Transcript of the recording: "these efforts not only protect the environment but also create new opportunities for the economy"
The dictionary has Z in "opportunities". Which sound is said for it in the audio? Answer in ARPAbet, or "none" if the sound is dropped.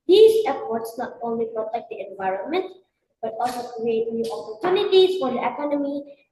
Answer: S